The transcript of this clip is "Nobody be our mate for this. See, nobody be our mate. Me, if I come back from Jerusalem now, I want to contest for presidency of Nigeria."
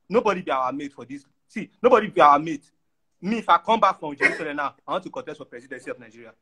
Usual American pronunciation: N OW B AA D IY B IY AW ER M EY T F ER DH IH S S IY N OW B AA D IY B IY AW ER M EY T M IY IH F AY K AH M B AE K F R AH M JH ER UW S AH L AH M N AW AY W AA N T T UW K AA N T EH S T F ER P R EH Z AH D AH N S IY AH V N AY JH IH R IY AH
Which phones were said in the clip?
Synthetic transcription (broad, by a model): N OW B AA D IY B IY AW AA M EY T F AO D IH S S IY N OW B AA D IY B IY AW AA M EY T M IY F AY K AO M B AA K F R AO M JH ER UW S AH L AH M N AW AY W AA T T UW K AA T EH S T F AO P R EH S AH D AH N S IY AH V N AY JH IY R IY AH